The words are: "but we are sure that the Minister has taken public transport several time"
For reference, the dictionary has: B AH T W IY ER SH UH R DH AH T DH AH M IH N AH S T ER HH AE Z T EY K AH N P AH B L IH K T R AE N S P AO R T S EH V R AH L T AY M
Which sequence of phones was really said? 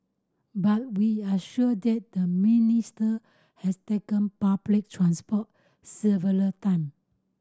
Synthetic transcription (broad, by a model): B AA T W IY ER SH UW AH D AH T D AH M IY N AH S T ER HH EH S T EY K AH N P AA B L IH K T R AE N S P AO T S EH V AH L T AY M